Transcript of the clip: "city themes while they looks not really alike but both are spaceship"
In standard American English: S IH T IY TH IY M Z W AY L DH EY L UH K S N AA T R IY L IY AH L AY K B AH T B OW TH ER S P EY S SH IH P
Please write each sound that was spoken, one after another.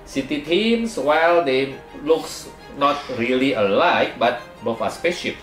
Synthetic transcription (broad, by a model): S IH T IY T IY M S W AY L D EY L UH K S N AA T R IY L IY AH L AY K B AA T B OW F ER S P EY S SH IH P